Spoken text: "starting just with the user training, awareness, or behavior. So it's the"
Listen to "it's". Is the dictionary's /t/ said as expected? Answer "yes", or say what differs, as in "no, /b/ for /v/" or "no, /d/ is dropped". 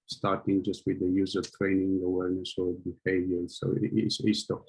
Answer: no, /s/ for /t/